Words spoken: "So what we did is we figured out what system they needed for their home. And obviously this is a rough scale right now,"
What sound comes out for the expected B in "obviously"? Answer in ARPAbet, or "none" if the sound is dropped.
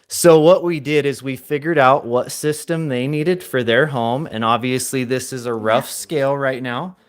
B